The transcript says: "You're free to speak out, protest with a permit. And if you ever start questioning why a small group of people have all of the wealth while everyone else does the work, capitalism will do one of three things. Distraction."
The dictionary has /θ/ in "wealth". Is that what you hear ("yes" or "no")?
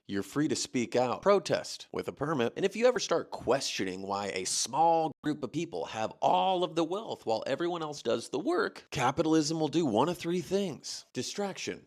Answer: yes